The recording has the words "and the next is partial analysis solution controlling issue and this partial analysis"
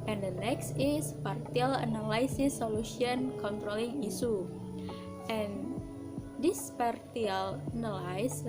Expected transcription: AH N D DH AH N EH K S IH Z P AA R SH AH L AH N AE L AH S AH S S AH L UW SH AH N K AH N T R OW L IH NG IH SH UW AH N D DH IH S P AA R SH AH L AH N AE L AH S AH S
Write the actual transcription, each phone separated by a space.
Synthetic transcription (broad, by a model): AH N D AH N EH K S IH S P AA R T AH L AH N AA L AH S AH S S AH L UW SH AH N K AH N T R OW L IH NG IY S UW AH N D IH S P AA R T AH L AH N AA L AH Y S